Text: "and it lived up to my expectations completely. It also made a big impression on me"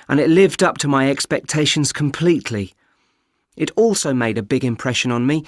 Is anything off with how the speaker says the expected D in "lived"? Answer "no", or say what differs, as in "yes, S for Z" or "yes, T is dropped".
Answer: no